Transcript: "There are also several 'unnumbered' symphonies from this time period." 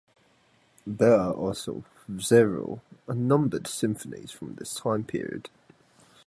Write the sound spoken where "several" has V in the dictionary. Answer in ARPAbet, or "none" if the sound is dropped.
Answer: none